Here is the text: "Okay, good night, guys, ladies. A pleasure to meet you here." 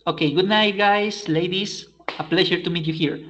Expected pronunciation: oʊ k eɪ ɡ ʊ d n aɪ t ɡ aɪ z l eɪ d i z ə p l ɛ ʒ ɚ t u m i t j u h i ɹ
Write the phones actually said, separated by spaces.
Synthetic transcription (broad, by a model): oʊ k eɪ ɡ ʊ d n aɪ t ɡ aɪ s l eɪ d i s ə p l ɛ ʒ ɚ t u m i t j u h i ɹ